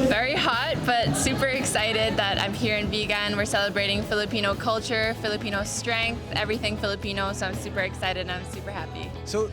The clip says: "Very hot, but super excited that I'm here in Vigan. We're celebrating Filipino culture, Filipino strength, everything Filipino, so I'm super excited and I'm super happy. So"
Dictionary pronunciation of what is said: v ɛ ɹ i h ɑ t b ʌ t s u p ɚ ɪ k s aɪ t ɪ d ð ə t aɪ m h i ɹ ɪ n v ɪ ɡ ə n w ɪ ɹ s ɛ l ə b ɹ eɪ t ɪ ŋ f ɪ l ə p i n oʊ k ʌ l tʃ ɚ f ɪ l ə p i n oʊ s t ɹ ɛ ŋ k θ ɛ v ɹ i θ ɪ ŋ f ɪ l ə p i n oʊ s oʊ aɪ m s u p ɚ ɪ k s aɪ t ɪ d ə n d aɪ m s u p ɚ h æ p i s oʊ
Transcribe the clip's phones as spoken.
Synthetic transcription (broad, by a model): v ɛ ɹ i h ɑ t b ʌ t s u p ɚ ɪ k s aɪ t ɪ d ð ə t aɪ m h i ɹ ɪ n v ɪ ɡ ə n w ɪ ɹ s ɛ l ə b ɹ eɪ t ɪ ŋ f ɪ l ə p i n oʊ k ʌ l tʃ ɚ f ɪ l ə p i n oʊ s t ɹ ɛ ŋ k θ ɛ v ɹ i θ ɪ ŋ f ɪ l ə p i n oʊ s oʊ aɪ m s u p ɚ ɪ k s aɪ t ɪ d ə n aɪ m s u p ɚ h æ p i s oʊ